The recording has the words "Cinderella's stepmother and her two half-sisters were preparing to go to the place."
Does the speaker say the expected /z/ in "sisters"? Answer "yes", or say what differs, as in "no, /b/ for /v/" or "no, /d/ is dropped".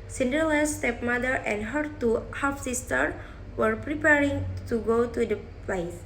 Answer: no, /z/ is dropped